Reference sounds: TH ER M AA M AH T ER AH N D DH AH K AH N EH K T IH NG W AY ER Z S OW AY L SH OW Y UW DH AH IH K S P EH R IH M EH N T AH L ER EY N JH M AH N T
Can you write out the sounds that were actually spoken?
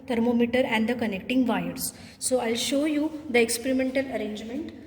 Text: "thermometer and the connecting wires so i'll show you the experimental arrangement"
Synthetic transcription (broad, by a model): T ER M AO M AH T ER AH N D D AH K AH N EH K T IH NG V AY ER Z S OW AY L SH OW Y UW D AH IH K S P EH R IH M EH N T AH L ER EY N JH M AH N T